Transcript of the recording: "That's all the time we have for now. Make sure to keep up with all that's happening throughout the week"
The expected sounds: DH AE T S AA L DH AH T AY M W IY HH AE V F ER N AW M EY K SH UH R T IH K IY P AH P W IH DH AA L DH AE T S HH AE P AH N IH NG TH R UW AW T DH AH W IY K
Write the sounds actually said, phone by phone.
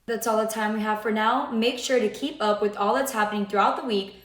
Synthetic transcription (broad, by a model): DH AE T S AA L DH AH T AY M W IY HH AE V F ER N AW M EY K SH UH R T IH K IY P AH P W IH DH AA L DH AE T S HH AE P AH N IH NG TH R UW AW T DH AH W IY K